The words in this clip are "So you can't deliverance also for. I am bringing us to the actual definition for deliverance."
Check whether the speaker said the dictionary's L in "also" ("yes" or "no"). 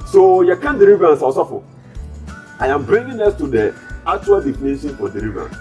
no